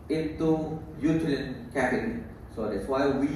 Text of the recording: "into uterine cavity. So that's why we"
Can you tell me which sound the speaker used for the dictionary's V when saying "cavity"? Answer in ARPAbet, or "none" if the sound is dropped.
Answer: P